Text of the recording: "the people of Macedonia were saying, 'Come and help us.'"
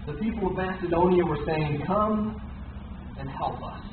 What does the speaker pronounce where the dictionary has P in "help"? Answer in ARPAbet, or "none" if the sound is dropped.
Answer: P